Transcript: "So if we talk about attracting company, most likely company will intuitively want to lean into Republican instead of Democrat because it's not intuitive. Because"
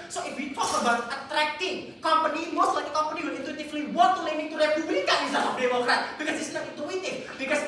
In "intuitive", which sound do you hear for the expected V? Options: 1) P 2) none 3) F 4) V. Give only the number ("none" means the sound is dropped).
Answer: 3